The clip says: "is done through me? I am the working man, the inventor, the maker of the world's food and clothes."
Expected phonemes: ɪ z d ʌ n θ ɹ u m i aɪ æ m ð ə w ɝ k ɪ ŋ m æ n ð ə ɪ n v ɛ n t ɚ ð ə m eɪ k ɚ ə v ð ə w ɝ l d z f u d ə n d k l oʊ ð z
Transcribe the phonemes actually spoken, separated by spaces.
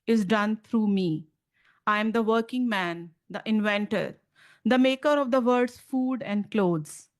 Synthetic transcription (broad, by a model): ɪ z d ʌ n t ɹ u m i aɪ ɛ m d ə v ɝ k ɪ ŋ m æ n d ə ɪ n v ɛ n t ɚ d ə m eɪ k ɚ ə v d ə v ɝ d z f u d ə n d k l oʊ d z